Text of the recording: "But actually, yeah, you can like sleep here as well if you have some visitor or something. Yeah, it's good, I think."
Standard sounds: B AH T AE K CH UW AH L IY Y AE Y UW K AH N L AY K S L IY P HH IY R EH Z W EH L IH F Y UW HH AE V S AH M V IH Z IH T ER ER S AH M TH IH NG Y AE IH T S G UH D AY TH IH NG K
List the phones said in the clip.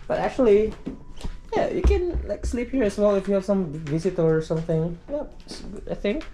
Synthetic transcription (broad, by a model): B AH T AE K CH UW AH L IY Y AE Y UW K AH N L AY K S L IY P HH IY R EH S W EH L IH F Y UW HH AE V S AH M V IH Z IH T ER ER S AH M TH IH NG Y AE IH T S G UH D AY TH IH NG K